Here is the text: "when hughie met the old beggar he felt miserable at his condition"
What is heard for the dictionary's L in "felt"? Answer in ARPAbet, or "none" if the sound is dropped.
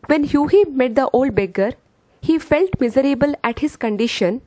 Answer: L